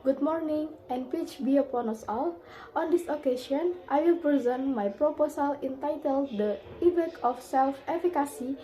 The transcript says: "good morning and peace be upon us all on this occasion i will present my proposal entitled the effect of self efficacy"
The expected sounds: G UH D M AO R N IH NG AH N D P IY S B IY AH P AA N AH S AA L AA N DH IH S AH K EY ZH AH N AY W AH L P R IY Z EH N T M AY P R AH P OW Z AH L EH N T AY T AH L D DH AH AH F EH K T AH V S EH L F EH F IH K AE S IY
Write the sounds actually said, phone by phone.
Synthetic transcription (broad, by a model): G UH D M AO R N IH NG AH N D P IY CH B IY AH P AA N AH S AA L AA N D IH S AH K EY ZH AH N AY W AH L P R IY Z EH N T M AY P R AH P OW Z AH L EH N T AY T AH L D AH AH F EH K AH F S EH L F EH F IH K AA S IY